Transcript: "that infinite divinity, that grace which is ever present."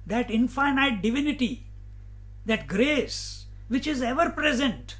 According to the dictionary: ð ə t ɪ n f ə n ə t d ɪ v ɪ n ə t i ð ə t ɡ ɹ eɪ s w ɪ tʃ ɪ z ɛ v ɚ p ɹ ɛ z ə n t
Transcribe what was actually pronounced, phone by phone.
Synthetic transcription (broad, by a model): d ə t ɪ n f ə n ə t d ɪ v ɪ n ə t i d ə t ɡ ɹ eɪ s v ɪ tʃ ɪ z ɛ v ɚ p ɹ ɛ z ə n t